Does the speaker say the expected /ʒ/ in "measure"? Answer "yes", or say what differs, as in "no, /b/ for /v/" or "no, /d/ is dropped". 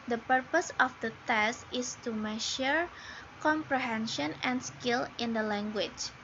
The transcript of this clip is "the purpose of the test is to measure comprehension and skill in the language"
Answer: no, /ʃ/ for /ʒ/